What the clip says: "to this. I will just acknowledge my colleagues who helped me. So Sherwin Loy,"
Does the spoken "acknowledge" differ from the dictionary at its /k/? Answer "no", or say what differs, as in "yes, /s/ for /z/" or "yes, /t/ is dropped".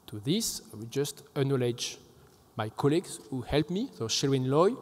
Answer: yes, /k/ is dropped